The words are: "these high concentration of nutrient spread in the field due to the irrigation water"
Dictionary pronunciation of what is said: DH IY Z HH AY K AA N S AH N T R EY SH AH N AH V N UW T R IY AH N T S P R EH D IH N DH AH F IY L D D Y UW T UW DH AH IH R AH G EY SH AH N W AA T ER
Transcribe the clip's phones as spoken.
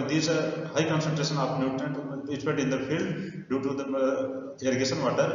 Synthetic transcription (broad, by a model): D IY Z HH AY K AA N S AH N T R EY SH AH N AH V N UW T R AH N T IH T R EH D IH N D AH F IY L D D Y UW T UW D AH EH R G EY S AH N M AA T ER